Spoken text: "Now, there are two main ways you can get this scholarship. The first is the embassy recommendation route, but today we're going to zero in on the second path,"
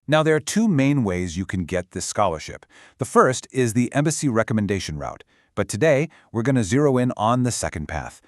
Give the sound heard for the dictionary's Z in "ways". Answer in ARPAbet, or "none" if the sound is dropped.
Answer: Z